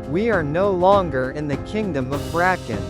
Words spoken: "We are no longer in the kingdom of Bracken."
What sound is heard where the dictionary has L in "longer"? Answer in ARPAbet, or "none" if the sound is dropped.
L